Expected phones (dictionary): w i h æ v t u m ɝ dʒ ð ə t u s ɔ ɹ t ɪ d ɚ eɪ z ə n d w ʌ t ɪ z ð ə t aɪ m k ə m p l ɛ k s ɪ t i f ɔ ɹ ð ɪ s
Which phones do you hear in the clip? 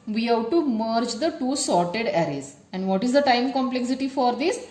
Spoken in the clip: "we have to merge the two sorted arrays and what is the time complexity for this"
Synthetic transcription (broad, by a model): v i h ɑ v t u m ɝ dʒ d ə t u s ɔ ɹ t ɪ d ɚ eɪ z ə n d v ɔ t ɪ z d ə t aɪ m k ə m p l ɛ k s ɪ t i f ɔ ɹ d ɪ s